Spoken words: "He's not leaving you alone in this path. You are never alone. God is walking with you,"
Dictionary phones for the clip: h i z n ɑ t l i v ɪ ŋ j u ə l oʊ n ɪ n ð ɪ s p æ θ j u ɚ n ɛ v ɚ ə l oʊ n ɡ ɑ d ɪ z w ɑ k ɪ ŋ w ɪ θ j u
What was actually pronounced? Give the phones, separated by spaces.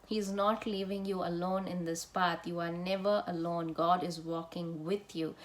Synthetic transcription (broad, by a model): h i z n ɑ t l i v ɪ ŋ j u ə l oʊ n ɪ n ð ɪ s p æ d j u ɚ n ɛ v ɚ ə l oʊ n ɡ ɑ d ɪ z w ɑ k ɪ ŋ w ɪ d j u